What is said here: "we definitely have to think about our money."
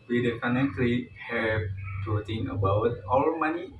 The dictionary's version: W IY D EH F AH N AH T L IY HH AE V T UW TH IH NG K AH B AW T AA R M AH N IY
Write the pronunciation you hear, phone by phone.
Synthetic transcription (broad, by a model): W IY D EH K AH N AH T L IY HH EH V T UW T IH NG AH B AW T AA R M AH N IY